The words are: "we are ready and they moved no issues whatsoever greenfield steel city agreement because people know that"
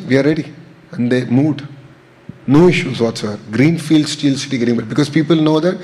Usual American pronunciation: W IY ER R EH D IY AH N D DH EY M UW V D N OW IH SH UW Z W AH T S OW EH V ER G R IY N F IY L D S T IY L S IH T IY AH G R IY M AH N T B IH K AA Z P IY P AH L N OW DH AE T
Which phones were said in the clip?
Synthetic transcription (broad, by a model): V IY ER R EH D IY AH N D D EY M UW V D N OW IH SH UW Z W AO T S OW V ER G R IY N F IY L D S T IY L S IH T IY G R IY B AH T B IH K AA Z P IY P AH L N OW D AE T